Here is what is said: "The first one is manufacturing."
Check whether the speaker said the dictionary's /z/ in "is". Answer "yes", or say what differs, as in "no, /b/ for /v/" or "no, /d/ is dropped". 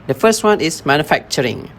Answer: no, /s/ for /z/